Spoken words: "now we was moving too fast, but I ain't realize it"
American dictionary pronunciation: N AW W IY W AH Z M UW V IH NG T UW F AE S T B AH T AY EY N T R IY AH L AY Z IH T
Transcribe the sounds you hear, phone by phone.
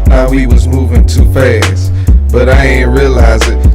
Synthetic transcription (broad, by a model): N AW W IY W AH Z M UW V IH NG T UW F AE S B AH T AY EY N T R IY AH L AY Z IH T